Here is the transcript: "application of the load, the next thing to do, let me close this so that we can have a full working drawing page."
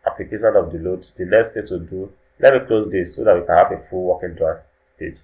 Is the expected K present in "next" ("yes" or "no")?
no